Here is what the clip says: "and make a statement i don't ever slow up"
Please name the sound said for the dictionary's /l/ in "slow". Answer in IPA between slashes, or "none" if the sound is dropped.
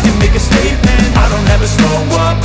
none